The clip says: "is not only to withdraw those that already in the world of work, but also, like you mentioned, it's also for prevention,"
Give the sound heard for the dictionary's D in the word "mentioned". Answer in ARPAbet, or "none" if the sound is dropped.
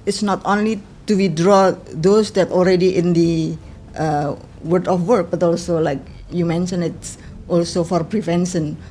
none